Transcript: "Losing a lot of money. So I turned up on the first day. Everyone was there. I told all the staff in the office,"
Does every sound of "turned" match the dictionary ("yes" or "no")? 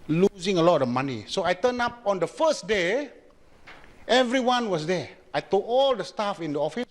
no